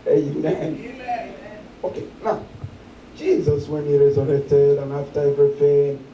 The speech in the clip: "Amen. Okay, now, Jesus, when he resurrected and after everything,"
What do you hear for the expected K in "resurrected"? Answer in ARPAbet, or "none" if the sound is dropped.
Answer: none